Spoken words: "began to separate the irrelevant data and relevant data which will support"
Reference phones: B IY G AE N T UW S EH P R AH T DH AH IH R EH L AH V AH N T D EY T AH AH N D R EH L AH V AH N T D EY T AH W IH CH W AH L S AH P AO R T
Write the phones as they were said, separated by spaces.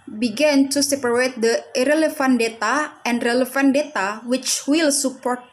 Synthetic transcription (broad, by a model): B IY G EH N T UW S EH P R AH T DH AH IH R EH L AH F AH N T D EY T AH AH N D R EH L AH F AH N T D EY T AH W IH CH W AH L S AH P AO R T